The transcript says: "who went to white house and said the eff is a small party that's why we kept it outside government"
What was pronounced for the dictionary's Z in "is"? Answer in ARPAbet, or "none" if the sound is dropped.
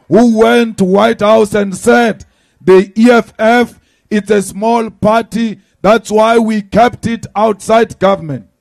S